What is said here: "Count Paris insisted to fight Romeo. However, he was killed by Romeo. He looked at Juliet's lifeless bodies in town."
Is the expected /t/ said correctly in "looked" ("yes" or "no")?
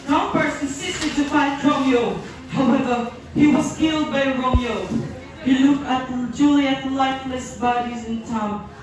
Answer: no